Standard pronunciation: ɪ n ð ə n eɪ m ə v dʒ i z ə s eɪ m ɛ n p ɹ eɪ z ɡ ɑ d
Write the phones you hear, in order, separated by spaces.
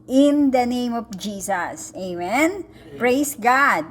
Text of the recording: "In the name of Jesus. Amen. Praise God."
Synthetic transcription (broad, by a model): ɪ n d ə n eɪ m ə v dʒ i s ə s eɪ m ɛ n p ɹ eɪ s ɡ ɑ d